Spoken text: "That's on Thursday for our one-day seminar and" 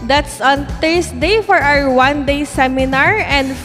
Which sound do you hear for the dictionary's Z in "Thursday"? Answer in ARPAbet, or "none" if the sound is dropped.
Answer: S